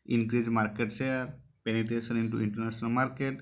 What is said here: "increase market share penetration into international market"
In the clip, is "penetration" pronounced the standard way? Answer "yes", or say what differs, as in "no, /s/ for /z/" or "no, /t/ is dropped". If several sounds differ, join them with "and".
no, /s/ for /ʃ/